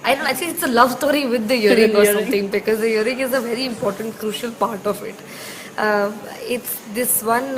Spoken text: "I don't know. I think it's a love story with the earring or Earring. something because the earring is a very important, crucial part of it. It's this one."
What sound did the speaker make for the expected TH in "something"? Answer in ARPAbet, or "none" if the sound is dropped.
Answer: T